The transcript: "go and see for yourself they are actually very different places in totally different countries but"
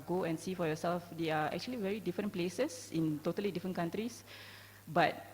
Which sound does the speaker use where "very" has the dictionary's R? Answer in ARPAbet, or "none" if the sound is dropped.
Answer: R